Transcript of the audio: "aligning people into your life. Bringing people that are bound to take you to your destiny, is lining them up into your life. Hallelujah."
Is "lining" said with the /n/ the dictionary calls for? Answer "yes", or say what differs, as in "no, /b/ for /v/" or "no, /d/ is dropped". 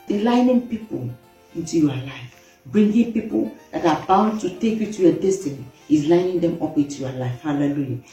yes